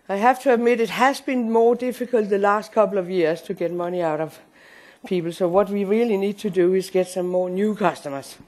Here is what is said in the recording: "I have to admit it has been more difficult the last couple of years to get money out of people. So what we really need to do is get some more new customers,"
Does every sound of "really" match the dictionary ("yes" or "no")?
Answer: yes